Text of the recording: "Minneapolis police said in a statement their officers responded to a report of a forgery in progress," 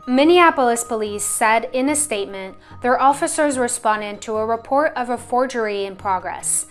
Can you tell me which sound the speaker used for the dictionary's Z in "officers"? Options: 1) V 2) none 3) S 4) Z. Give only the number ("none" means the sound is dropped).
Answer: 4